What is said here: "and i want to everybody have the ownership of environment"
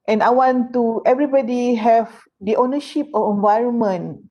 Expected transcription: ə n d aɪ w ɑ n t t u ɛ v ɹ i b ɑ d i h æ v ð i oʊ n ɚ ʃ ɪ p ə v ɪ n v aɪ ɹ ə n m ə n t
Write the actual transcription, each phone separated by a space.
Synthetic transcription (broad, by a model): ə n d aɪ w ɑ n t t u ɛ v ɹ i b ɑ d i h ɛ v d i oʊ n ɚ ʃ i p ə f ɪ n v aɪ ɹ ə n m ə n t